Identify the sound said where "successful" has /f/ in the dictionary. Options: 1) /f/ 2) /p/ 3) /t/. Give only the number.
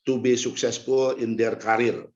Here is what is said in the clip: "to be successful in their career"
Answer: 2